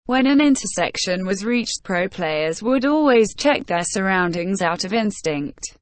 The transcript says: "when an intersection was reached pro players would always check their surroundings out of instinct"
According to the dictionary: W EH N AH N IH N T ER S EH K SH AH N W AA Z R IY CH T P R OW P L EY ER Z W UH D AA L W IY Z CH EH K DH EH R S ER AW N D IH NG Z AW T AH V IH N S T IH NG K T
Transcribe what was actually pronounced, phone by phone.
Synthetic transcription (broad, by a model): W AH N AH N IH N T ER S EH K SH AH N W AA Z R IY CH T P R OW P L EY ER Z W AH D AA L W IY Z CH EH K DH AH S ER AW N D IH NG Z AW T AH V IH N S T IH NG K T